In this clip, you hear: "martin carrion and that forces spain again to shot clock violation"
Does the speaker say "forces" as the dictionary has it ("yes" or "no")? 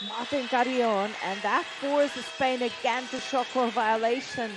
no